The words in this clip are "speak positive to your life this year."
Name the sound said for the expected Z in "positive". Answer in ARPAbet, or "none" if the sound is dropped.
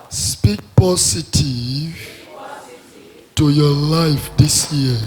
S